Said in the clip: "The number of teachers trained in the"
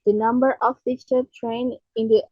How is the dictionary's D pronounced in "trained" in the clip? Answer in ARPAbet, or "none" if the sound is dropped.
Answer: none